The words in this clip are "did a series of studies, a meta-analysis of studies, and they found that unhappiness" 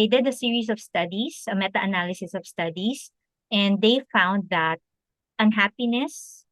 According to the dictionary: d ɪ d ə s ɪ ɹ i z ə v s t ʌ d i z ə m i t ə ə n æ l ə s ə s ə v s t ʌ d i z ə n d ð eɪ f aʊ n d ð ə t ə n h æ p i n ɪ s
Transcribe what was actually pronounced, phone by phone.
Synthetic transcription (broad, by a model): d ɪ d ə s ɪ ɹ i s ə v s t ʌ d i s ə m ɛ t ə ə n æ l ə s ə s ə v s t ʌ d i s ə n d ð eɪ f aʊ n d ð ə t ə n h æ p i n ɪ s